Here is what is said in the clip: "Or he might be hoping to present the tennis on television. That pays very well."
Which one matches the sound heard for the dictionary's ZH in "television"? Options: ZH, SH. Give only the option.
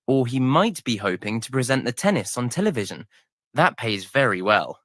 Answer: ZH